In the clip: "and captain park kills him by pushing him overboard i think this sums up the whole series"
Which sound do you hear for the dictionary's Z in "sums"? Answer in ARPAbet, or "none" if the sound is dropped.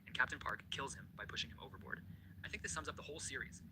Z